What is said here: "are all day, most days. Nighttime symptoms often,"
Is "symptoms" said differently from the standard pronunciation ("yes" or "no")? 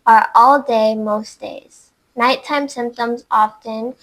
no